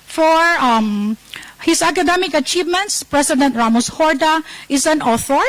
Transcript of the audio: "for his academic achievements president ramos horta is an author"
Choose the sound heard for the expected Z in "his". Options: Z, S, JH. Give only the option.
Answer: S